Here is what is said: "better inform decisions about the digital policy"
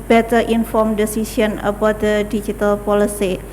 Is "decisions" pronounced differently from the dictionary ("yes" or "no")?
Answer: yes